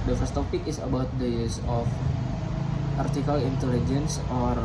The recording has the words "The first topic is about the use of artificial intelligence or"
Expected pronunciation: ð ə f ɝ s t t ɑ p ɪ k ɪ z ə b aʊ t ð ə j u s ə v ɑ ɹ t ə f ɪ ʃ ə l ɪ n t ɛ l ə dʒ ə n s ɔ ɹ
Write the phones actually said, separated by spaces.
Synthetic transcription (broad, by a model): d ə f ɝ s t t ɑ p ɪ k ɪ s ə b aʊ t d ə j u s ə f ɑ ɹ t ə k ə l ɪ n t ɛ l ə dʒ ə n s ɔ ɹ